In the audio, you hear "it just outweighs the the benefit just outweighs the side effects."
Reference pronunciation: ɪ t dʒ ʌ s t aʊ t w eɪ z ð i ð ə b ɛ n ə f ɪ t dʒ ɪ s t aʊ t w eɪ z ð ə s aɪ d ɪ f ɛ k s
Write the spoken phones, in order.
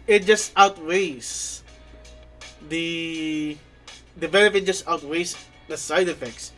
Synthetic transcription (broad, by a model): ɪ t dʒ ʌ s t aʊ t w eɪ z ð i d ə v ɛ l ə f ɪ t dʒ ɪ s t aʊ t w eɪ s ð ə s aɪ d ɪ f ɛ k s